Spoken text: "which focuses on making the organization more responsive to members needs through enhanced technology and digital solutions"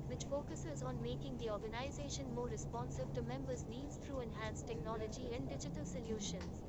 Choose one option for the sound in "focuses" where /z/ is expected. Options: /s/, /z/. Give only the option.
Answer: /z/